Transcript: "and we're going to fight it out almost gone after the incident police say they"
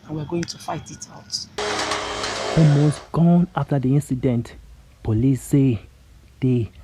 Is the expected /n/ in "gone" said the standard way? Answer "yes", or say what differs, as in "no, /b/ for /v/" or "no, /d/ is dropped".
yes